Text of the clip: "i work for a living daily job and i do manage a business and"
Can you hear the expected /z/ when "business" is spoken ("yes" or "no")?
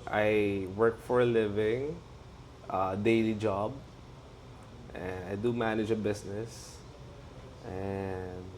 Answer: no